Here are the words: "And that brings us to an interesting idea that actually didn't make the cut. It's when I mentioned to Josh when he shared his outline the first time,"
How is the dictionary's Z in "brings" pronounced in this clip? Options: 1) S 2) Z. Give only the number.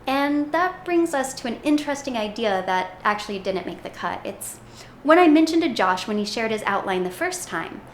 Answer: 2